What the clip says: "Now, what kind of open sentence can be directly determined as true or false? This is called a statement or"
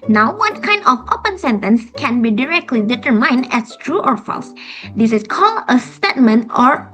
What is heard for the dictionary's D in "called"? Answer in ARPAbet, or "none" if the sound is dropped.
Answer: none